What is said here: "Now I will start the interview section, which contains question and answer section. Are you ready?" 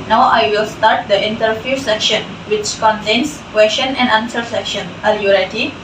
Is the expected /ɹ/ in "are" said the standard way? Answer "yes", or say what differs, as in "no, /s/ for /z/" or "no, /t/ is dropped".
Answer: no, /l/ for /ɹ/